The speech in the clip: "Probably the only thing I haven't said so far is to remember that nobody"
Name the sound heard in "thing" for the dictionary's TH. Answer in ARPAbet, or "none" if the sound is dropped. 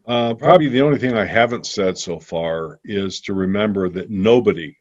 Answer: TH